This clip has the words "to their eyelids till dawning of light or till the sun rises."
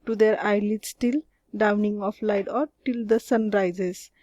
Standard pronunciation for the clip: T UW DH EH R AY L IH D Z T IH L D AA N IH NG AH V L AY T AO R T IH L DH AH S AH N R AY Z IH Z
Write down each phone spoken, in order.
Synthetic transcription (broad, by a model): T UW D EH R AY L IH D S T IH L D AA N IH NG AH P L AY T AO R T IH L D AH S AH N R AY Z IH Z